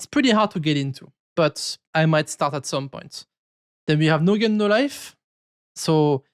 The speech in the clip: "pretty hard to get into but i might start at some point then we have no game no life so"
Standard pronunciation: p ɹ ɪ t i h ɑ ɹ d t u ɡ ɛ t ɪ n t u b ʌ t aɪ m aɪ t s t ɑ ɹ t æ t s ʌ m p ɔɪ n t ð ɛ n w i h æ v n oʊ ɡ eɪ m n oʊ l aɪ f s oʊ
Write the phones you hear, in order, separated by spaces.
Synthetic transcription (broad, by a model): p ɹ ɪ t i h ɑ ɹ d t u ɡ ɛ t ɪ n t u b ʌ t aɪ m aɪ t s t ɑ ɹ t æ t s ʌ m p ɔɪ n t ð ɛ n w i h æ v n oʊ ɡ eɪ n oʊ l aɪ f s oʊ